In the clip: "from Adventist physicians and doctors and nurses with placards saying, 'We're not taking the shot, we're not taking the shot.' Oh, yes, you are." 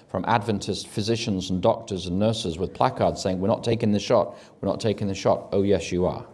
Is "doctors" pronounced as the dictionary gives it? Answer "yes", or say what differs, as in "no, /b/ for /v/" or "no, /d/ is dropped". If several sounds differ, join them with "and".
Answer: yes